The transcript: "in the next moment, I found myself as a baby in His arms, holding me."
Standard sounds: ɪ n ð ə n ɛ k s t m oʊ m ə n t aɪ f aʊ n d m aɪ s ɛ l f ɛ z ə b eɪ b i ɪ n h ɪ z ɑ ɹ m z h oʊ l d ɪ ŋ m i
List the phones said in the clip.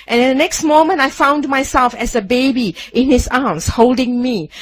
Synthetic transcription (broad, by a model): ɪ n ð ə n ɛ k s t m oʊ m ə n t aɪ f aʊ n d m aɪ s ɛ l f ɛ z ə b eɪ b i ɪ n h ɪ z ɑ m s h oʊ l d ɪ ŋ m i